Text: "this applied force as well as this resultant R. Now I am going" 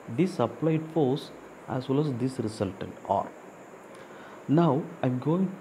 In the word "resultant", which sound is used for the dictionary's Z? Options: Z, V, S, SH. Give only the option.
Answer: S